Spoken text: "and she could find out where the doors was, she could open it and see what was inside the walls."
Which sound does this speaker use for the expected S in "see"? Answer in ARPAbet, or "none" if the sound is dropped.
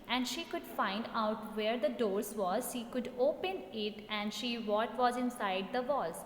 SH